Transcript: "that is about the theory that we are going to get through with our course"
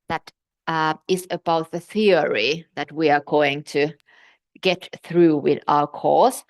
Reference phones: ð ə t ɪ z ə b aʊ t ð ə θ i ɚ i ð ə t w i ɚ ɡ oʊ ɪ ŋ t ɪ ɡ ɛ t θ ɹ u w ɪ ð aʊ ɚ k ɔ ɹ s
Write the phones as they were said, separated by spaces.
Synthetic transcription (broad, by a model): ð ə t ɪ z ə b aʊ t ð ə θ i ɚ i ð ə t w i ɚ ɡ oʊ ɪ ŋ t ɪ ɡ ɛ t θ ɹ u w ɪ ð aʊ ɚ k ɔ ɹ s